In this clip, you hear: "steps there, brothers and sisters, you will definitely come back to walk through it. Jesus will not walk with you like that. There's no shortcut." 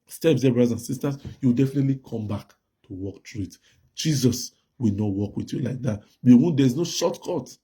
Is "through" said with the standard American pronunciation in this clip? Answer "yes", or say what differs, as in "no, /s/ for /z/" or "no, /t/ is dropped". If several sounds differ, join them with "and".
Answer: no, /t/ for /θ/